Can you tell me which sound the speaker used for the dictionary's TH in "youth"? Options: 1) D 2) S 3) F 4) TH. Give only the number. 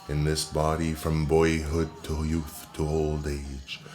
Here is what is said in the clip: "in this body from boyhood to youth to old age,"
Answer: 4